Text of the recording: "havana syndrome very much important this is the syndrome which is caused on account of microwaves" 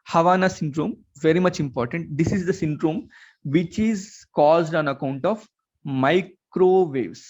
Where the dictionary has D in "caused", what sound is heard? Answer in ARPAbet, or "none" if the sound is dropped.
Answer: D